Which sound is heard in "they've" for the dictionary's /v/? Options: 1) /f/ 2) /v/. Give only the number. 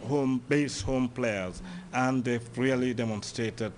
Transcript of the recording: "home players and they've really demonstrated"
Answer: 1